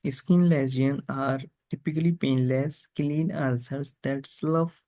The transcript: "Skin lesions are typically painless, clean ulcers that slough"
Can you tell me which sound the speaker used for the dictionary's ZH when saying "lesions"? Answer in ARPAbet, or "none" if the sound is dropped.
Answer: Z